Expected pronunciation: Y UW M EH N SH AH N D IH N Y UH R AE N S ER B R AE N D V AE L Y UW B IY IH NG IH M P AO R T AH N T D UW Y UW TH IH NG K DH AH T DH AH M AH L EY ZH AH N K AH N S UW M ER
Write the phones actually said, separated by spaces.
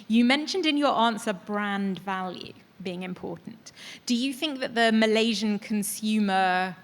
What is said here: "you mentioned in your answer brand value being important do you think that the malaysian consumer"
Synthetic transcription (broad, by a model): Y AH M EH N SH AH N D IH N Y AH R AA N S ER B R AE N D V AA L Y UW B IY IH NG IH M P AO T N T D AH Y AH TH IH NG K DH AH T DH AH M AH L EY ZH AH N K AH N S UW M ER